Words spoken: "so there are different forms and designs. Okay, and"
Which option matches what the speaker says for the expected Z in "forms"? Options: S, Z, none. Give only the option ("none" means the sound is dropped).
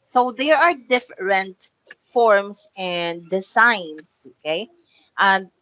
S